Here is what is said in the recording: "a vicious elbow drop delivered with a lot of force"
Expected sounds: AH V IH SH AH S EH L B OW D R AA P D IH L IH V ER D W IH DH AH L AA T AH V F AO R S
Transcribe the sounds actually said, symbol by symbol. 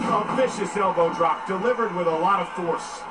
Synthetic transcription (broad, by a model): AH F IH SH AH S EH L B OW D R AA P D IH L IH V ER D W IH DH AH L AA T AH V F AO R S